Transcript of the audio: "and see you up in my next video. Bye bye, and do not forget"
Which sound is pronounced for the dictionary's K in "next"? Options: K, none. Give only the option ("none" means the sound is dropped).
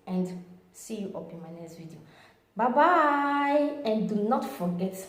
none